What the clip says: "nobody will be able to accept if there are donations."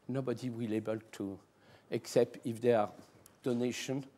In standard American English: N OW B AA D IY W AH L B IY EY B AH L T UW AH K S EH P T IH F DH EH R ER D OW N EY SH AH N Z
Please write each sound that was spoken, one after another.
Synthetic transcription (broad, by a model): N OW B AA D IY W AH L EY B AH L T UW AH K S EH P T IH F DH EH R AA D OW N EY SH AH N